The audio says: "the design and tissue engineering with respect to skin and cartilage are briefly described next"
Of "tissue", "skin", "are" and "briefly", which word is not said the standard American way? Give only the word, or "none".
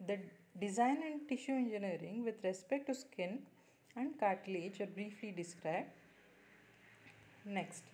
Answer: none